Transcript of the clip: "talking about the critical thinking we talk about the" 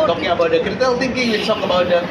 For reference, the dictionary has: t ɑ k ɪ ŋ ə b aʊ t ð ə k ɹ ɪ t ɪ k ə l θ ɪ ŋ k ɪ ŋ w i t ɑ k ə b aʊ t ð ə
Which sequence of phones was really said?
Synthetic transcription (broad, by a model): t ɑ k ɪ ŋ ə b aʊ t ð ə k ɪ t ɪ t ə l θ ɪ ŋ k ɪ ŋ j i t ɑ k ə b aʊ t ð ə